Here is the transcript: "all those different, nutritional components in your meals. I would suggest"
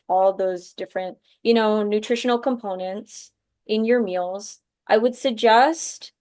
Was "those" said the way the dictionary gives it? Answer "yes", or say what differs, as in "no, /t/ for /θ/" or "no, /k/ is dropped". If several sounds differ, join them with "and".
yes